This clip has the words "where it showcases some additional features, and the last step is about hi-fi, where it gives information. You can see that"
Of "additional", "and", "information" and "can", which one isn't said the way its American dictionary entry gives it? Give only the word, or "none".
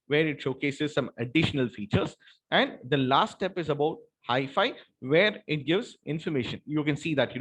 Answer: none